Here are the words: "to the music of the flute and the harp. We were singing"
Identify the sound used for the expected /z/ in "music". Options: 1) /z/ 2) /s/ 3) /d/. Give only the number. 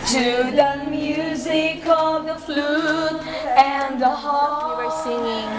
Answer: 1